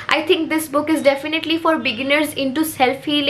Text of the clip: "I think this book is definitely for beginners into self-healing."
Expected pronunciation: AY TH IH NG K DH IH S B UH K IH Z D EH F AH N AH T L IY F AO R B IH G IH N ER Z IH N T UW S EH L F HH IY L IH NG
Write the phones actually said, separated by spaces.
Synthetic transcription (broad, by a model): AY T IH NG K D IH S B UH K IH Z D EH F AH N AH T L IY F AO R B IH G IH N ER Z IH N T UW S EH L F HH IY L